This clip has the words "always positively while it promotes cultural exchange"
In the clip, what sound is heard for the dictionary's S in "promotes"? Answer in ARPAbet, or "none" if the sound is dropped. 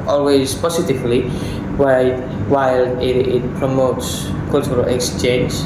S